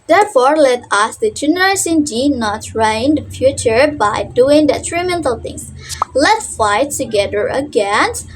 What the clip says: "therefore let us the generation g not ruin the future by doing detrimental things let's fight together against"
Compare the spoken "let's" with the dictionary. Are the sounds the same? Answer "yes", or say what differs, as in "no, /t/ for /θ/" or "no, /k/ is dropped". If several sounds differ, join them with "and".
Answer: no, /s/ is dropped